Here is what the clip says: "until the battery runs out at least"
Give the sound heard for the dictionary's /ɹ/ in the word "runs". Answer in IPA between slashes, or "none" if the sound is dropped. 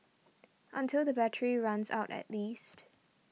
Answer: /ɹ/